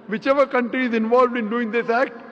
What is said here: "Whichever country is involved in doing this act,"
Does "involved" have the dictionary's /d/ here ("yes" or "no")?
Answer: yes